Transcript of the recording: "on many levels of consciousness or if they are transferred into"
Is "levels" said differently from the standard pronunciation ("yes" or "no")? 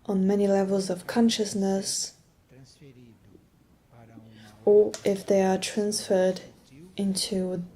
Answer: no